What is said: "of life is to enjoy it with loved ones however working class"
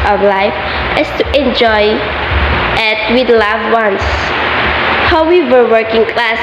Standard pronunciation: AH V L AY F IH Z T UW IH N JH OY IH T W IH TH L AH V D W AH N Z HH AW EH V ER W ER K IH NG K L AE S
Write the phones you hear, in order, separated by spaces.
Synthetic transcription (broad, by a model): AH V L AY F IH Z T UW IH N JH OY IH T W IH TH L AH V W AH N S HH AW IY W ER W ER K IH NG K L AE S